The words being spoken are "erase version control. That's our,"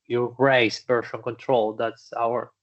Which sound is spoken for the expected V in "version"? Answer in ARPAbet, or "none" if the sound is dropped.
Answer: B